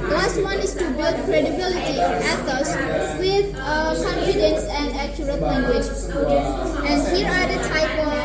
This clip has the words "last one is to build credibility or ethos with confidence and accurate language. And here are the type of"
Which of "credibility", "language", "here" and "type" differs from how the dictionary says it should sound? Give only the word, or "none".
none